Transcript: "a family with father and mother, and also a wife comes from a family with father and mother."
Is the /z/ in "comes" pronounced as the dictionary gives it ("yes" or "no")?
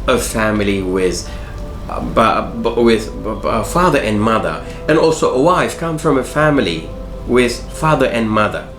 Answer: no